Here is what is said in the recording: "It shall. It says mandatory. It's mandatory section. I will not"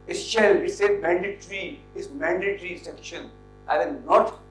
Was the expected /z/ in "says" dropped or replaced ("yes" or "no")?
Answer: yes